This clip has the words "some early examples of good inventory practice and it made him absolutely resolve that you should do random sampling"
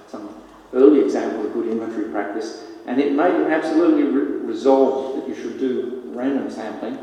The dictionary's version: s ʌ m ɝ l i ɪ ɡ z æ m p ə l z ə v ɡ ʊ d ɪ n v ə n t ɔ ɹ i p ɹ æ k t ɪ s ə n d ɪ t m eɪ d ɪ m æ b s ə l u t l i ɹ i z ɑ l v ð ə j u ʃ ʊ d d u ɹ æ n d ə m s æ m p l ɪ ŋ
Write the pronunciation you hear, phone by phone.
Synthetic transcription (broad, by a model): s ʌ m ɝ l i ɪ ɡ z æ m p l ə v ɡ ʊ d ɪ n ə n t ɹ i p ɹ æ k t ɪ s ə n ɪ t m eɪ ɪ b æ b s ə l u t l i ɹ i z ɑ l v ð ə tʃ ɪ ʃ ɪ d d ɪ ɹ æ n d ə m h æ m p l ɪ